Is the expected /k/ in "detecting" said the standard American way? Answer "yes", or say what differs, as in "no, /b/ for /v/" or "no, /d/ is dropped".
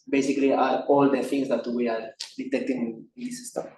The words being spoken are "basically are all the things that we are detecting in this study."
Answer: yes